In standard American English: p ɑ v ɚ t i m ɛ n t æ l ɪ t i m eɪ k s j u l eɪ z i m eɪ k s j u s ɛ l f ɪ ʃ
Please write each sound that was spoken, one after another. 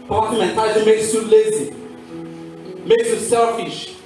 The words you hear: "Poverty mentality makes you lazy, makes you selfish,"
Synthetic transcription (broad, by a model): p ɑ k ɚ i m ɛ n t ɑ ɪ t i m eɪ k s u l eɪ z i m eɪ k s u s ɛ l f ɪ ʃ